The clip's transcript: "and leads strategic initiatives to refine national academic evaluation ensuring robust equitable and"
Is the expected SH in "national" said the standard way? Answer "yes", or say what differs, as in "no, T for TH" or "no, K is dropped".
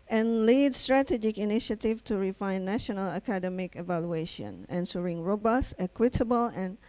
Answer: yes